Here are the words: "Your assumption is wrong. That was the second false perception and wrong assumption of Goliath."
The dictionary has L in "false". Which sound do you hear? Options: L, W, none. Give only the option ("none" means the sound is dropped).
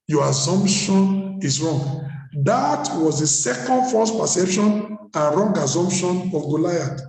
none